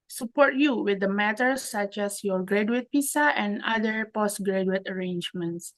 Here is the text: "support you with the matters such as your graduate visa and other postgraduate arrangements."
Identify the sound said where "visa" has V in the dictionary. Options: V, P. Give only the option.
P